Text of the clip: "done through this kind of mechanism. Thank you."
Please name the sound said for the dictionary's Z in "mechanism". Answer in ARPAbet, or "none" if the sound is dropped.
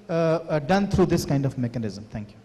Z